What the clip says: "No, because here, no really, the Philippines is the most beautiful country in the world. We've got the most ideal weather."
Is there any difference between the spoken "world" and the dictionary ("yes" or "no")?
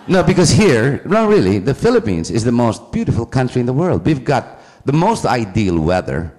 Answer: no